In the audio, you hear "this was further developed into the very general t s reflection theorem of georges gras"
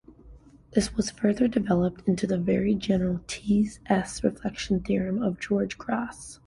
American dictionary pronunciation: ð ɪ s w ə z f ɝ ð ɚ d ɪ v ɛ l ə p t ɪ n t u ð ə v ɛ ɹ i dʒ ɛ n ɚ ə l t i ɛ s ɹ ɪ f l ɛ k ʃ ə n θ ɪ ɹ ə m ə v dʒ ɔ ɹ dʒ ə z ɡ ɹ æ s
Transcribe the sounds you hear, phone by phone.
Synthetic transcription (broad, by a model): ð ɪ s w ə z f ɝ ð ɚ d ɪ v ɛ l ə p t ɪ n t u ð ə v ɛ ɹ i dʒ ɛ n ɚ l t i ɛ s ɹ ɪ f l ɛ k ʃ n θ ɪ ɹ ə m ə v dʒ ɔ ɹ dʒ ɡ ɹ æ s